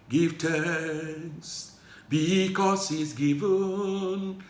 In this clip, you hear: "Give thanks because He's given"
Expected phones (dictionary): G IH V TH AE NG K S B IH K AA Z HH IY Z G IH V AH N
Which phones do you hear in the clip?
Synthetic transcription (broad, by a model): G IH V T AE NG S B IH K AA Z HH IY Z G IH V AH N